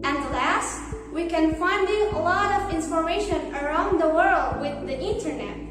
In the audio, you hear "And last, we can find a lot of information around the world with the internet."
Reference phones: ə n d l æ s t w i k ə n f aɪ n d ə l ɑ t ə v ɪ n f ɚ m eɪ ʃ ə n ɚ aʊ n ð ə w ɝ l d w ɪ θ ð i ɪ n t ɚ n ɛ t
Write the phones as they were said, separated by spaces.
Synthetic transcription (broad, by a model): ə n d l æ s t w i k ə n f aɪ n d ə l ɑ t ə v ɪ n p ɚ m eɪ ʃ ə n ɚ aʊ n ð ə w ɝ l d w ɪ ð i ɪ n t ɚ n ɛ t